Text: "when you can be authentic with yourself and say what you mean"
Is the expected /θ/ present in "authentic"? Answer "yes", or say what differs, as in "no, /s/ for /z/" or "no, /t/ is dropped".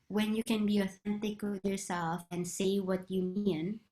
yes